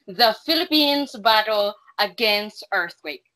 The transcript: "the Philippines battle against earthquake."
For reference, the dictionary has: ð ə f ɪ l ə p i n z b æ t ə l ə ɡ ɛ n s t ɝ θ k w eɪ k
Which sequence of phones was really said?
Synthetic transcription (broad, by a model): ð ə f ɪ l ə p i n z b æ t l ə ɡ ɛ n s t ɝ θ k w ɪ k